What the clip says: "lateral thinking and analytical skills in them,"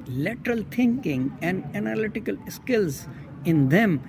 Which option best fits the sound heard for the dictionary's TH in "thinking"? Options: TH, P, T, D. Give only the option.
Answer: T